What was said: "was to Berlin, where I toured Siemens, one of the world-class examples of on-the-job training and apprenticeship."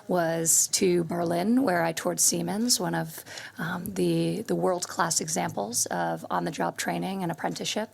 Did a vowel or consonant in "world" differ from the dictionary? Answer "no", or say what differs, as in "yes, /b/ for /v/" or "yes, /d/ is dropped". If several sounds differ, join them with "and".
no